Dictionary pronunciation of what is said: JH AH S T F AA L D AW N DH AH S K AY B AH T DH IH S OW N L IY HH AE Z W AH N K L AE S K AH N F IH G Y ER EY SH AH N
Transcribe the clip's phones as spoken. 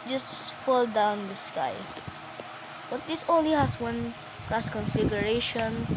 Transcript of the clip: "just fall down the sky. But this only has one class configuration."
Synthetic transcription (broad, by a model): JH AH S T F AA L D AW N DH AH S K AY B AH T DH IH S OW N L IY HH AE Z W AH N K AE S K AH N F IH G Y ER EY SH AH N